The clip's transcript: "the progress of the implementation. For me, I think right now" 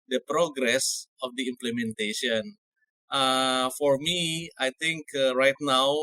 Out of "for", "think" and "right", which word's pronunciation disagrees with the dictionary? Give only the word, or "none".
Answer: think